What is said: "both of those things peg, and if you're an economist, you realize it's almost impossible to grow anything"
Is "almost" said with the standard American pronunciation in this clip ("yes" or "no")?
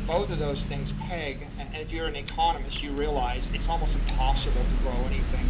yes